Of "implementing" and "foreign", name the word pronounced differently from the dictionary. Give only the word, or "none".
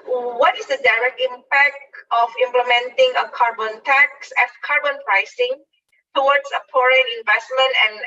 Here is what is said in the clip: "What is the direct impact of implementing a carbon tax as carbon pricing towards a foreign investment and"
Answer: foreign